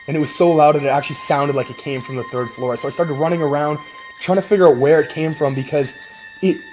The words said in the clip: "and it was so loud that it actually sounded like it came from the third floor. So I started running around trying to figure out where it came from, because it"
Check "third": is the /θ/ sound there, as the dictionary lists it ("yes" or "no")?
yes